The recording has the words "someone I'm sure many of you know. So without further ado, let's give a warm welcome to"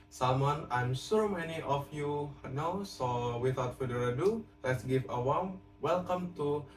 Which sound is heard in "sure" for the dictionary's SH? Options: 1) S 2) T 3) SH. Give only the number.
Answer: 1